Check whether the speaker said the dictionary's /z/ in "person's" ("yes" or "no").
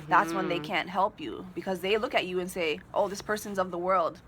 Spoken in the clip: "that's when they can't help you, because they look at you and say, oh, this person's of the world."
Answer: yes